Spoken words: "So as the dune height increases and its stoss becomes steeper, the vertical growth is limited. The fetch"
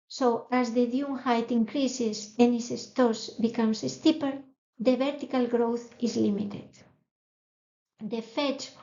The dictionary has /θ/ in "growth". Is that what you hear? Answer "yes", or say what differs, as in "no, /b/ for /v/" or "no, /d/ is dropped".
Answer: yes